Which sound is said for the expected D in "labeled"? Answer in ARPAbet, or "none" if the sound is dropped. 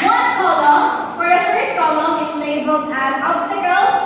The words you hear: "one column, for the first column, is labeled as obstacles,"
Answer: none